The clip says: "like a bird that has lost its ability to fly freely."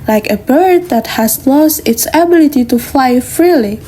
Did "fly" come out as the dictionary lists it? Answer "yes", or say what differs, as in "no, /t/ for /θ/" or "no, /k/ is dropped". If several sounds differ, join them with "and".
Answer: yes